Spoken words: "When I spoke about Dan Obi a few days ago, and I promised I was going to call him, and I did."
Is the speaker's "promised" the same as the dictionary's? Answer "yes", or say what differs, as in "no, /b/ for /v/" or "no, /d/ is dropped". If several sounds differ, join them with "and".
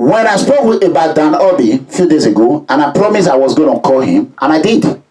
no, /t/ is dropped